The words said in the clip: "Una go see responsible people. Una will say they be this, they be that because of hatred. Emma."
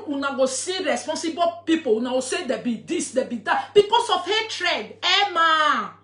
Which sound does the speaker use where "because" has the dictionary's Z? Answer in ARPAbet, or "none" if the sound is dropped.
S